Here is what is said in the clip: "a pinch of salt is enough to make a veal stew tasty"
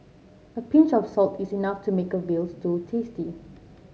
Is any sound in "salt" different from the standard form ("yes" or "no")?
no